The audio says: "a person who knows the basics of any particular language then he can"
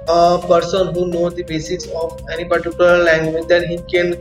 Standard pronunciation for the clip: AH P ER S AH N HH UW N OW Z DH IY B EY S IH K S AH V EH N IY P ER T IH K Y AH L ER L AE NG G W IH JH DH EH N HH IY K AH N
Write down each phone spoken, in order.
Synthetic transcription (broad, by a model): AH P ER S AH N HH UW N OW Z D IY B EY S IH S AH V EH N IY P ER T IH K Y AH L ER L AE NG G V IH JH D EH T HH IY K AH N